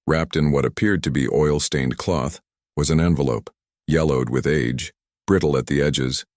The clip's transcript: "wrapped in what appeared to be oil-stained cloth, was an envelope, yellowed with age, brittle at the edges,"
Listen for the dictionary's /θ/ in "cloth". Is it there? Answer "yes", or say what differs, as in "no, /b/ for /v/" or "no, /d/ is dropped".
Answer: yes